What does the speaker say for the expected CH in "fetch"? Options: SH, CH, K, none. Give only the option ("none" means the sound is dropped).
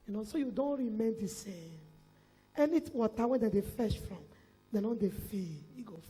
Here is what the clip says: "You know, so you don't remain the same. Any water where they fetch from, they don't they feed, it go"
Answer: SH